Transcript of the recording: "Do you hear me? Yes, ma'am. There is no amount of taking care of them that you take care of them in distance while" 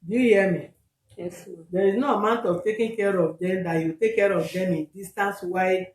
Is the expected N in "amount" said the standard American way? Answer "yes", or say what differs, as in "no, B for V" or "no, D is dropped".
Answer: yes